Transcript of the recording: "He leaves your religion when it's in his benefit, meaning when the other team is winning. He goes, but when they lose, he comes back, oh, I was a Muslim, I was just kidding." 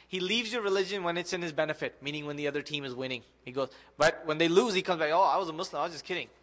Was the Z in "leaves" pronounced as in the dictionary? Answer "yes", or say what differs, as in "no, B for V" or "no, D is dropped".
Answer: yes